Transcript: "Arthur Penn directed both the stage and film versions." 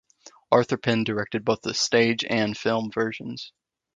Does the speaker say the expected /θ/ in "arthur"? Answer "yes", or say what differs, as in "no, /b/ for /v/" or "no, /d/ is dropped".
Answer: yes